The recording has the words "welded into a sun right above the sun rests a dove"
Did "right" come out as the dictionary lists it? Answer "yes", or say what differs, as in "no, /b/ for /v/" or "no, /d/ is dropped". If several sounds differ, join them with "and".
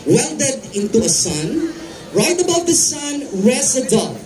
yes